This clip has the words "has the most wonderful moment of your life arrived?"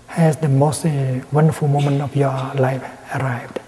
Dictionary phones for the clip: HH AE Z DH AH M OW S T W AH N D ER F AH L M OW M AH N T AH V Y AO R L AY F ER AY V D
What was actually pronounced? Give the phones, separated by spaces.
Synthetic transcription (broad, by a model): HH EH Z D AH M OW S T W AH N D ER F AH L M OW M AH N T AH F Y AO L AY F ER AY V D